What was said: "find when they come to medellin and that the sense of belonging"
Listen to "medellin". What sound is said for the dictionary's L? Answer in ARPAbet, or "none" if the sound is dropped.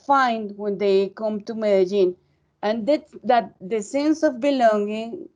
N